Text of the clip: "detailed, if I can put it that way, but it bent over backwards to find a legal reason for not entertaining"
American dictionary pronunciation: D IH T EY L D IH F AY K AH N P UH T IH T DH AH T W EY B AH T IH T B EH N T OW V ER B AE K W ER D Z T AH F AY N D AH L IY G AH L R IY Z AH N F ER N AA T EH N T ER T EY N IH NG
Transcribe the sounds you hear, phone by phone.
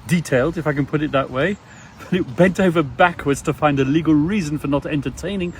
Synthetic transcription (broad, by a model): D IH T EY L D IH F AY K AH N P UH T IH T DH AH T W EY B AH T IH T B EH N T OW V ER B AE K W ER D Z T AH F AY N D AH L IY G AH L R IY Z AH N F ER N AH T EH N T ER T EY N IH NG